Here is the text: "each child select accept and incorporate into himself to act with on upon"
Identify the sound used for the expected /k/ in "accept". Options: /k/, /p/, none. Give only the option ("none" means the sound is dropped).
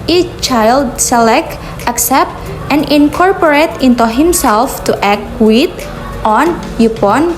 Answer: /k/